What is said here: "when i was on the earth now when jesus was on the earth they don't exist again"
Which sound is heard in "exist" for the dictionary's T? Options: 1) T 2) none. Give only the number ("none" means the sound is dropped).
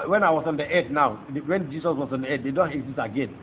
2